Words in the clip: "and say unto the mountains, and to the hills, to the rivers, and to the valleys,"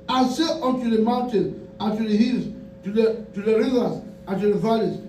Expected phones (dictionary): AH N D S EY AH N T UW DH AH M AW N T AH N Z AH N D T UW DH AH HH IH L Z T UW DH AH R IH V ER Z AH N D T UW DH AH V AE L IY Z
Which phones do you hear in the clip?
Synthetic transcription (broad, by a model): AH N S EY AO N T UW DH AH M AW N T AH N AH N T UW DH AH HH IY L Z T UW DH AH R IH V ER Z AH N T UW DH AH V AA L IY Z